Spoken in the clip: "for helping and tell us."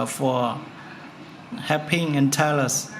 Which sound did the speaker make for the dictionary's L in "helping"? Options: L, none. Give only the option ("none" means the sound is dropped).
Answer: none